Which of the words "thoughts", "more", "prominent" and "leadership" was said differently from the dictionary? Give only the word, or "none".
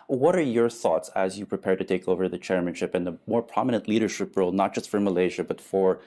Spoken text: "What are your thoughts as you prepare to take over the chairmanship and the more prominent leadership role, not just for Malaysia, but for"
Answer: none